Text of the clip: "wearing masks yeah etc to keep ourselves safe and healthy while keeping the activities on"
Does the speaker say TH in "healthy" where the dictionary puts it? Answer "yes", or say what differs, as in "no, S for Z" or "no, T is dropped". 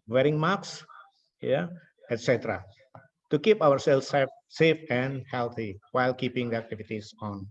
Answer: no, T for TH